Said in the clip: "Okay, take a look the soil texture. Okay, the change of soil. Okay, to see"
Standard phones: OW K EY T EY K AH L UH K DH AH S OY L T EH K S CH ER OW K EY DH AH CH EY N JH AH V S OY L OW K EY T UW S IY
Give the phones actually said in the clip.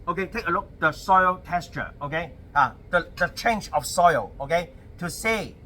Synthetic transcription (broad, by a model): OW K EY T EY K AH L UH K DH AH S OY L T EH S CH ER OW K EY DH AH CH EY N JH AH F S OY L OW K EY T UW S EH